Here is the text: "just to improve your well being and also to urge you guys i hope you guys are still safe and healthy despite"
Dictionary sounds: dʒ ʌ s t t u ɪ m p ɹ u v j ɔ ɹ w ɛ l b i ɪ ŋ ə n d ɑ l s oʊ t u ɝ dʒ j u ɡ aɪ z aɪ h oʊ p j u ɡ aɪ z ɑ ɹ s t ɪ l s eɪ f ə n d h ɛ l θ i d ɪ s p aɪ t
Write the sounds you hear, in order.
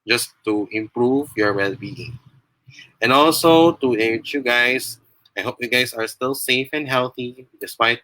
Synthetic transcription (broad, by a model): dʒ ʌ s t t u ɪ m p ɹ u v j ɔ ɹ w ɛ l b i ɪ ŋ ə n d ɑ l s oʊ t u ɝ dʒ j u ɡ aɪ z aɪ h oʊ p j u ɡ aɪ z ɑ ɹ s t ɪ l s eɪ f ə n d h ɛ l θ i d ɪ s p aɪ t